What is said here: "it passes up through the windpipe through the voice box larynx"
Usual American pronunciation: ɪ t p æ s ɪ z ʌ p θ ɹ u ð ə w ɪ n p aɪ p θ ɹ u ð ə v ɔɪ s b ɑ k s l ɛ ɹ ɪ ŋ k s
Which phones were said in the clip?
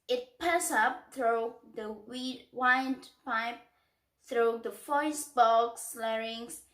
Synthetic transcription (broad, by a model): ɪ t p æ s ʌ p θ ɹ u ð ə w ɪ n p aɪ p θ ɹ u ð ə f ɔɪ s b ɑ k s l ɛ ɹ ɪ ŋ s